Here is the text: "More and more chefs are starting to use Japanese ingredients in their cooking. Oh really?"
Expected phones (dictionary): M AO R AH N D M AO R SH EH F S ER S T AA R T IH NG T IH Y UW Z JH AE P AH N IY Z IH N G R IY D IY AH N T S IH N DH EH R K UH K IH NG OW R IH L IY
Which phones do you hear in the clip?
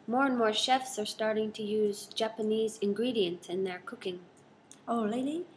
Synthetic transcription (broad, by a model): M AO R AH N M AO R SH EH F S ER S T AA R T IH NG T IH Y UW Z JH AE P AH N IY Z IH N G R IY D IY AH N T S IH N DH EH R K UH K IH NG OW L IH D IY